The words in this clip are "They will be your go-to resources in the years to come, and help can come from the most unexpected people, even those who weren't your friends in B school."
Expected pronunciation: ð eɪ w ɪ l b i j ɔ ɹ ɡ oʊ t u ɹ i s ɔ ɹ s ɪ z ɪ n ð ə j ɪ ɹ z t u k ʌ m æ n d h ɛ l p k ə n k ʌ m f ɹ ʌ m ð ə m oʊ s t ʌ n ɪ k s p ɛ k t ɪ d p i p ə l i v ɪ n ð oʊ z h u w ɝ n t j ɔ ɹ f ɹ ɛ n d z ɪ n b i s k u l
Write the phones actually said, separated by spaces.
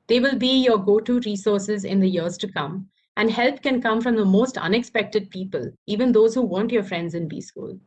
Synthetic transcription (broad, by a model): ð eɪ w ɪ l b i j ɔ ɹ ɡ oʊ t u ɹ i s ɔ ɹ s ɪ z ɪ n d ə j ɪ ɹ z t u k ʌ m æ n d h ɛ l p k ə n k ʌ m f ɹ ʌ m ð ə m oʊ s t ʌ n ɪ k s p ɛ k t ɪ d p i p ə l i v ɪ n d oʊ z h u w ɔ n t j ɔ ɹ f ɹ ɛ n d z ɪ n b i s k u l